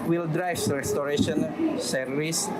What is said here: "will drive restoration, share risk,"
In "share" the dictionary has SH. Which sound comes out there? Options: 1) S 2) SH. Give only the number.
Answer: 1